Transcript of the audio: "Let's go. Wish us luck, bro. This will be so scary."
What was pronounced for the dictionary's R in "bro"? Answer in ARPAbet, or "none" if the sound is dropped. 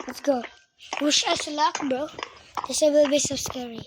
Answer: none